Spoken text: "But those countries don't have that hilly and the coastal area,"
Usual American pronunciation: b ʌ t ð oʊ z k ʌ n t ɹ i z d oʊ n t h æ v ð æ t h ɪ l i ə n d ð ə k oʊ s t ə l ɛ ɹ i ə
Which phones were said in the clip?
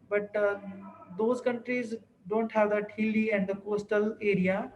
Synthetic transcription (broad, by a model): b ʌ t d oʊ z k ʌ n t ɹ i z d oʊ n t h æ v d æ t h ɪ l i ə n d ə k oʊ s t ə l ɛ ɹ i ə